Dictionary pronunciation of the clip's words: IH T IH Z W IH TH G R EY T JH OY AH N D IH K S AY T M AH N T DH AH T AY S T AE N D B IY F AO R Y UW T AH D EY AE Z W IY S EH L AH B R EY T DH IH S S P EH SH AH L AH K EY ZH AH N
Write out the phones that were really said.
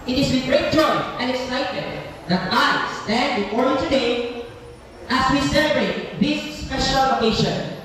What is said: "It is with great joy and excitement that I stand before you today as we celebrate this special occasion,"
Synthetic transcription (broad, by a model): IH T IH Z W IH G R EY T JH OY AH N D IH K S AY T AH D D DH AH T AY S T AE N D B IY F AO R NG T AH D EY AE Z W IY S EH L AH B R EY T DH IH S S P EH SH AH L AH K EY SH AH N